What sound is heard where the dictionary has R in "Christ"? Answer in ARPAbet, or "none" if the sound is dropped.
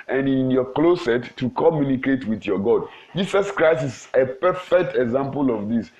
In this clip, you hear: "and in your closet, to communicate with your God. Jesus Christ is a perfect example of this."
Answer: R